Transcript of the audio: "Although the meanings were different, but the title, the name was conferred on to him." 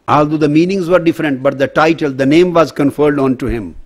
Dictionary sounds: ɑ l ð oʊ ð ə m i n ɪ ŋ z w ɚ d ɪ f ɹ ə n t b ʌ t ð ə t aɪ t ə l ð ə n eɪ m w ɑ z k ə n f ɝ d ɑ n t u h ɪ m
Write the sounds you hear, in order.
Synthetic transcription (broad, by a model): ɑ l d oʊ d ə m i n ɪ ŋ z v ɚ d ɪ f ɹ ə n t b ʌ t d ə t aɪ t ə l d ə n eɪ m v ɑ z k ə n f ɝ d ɑ n t u h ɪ m